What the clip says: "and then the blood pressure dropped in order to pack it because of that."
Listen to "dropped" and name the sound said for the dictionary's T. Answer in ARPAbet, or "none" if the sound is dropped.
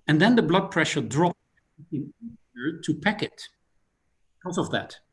none